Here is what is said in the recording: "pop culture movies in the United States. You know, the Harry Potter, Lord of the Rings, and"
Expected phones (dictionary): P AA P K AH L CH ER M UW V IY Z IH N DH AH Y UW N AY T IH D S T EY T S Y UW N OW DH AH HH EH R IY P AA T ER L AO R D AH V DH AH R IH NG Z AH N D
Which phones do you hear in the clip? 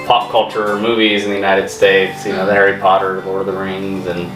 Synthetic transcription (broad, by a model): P AA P K AH L CH ER M UW V IY Z IH N DH AH Y UW N AY T IH D S T EY T S Y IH N OW DH AH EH R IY P AA T ER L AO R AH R DH AH R IH NG Z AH N